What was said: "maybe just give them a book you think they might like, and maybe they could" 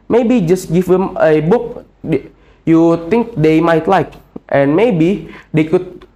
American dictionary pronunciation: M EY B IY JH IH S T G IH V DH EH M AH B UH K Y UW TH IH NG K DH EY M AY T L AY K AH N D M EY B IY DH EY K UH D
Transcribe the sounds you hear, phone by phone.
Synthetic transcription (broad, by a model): M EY B IY JH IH S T G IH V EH M AH B UH K Y UW T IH NG K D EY M AY T L AY K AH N M EY B IY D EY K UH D